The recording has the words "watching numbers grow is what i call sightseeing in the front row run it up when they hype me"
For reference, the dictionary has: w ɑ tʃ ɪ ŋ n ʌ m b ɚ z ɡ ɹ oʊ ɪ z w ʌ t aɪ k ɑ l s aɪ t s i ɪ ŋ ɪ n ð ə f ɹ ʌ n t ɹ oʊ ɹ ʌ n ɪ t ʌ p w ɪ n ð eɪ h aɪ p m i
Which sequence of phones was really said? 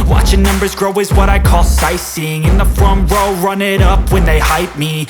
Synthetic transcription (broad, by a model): w ɑ tʃ ɪ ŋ n ʌ m b ɚ z ɡ ɹ oʊ ɪ z w ʌ t aɪ k ɑ l s aɪ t s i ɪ ŋ ɪ n ð ə f ɹ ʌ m ɹ oʊ ɹ ʌ n ɪ t ʌ p w ɪ n ð eɪ h aɪ p m i